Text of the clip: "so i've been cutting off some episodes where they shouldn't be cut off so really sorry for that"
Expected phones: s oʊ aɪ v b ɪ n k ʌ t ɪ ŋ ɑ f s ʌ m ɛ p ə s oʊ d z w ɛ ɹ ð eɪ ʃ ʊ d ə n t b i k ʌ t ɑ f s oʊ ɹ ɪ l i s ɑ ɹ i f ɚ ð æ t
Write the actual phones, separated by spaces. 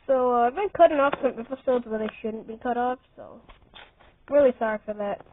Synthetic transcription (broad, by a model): s oʊ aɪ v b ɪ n k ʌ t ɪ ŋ ɑ f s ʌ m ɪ f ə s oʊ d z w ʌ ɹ ð eɪ ʃ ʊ d n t b i k ʌ t ɑ f s oʊ ɹ ɪ l i s ɑ ɹ i f ɚ ð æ t